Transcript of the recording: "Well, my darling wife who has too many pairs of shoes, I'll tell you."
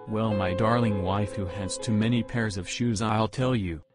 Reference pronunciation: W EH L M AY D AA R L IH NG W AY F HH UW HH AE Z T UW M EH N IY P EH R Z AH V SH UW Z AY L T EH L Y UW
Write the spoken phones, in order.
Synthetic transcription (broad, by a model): W EH L M AY D AA R L IH NG W AY F HH UW HH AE S T UW M EH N IY P EH R Z AH V SH UW Z AY L T EH L Y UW